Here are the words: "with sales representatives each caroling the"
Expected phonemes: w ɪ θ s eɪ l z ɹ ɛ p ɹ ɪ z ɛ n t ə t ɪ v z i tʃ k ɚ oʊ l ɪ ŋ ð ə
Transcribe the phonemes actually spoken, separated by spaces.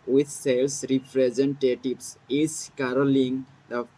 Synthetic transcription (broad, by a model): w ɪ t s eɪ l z ɹ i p ɹ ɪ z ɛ n t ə t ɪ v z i s k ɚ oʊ l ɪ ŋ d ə